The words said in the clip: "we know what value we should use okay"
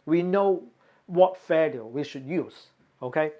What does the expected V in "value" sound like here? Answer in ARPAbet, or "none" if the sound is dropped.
F